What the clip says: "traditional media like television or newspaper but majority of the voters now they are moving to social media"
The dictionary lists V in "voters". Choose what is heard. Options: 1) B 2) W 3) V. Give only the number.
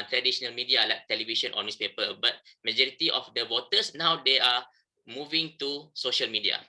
2